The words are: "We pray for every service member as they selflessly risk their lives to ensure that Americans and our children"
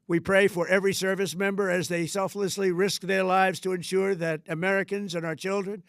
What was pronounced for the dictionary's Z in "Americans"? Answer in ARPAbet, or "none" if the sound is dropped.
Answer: Z